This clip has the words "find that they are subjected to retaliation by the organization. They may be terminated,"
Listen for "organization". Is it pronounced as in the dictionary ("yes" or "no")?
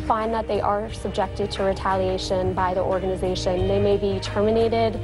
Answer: yes